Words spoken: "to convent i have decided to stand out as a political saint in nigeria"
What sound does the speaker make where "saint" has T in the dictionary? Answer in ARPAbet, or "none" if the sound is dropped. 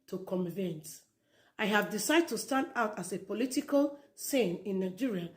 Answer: none